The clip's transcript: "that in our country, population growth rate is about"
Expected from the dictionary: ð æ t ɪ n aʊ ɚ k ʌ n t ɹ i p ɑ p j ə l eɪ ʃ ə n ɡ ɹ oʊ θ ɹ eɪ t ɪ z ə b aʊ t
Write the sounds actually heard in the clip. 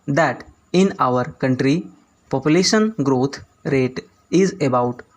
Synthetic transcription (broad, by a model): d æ t ɪ n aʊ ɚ k ʌ n t ɹ i p ɑ p j ə l eɪ ʃ ə n ɡ ɹ oʊ t ɹ eɪ t ɪ z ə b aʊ t